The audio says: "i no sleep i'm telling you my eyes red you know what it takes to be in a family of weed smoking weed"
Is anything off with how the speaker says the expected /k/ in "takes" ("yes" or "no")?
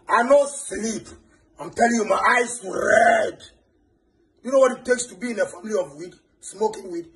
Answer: no